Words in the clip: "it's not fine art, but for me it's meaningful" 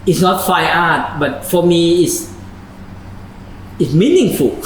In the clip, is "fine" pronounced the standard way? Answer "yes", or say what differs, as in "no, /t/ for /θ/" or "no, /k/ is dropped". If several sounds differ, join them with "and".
no, /n/ is dropped